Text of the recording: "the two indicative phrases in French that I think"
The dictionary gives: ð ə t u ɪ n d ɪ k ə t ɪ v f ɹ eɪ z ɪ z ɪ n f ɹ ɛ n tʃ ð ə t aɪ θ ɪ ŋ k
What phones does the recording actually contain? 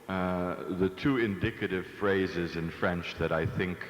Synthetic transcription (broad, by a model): ð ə t u ɪ n d ɪ k ə t ɪ v f ɹ eɪ z ɪ z ɪ n f ɹ ɛ n tʃ ð ə t aɪ θ ɪ ŋ k